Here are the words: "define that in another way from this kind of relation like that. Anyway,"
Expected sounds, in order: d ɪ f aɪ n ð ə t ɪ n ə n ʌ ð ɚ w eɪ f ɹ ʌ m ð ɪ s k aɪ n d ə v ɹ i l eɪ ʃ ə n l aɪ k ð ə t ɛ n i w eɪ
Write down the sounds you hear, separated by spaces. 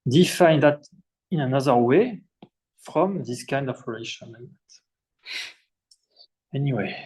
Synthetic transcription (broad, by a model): d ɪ f aɪ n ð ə t ɪ n ə n ʌ ð ɚ w eɪ f ɹ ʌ m ð ɪ s k aɪ n d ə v ɹ i l eɪ ʃ ə n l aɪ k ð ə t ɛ n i w eɪ